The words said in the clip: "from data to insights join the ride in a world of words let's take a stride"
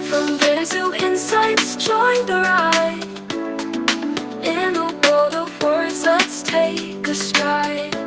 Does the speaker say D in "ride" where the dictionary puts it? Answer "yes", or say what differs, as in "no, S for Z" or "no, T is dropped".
no, D is dropped